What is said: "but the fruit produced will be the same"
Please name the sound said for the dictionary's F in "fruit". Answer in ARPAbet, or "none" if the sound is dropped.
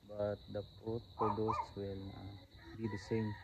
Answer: P